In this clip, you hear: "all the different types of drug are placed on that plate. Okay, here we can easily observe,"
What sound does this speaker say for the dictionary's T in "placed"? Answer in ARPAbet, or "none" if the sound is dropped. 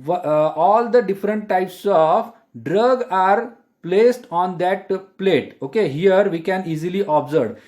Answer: T